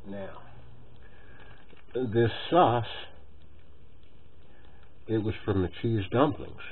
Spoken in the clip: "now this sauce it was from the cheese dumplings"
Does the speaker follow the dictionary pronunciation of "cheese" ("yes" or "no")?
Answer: yes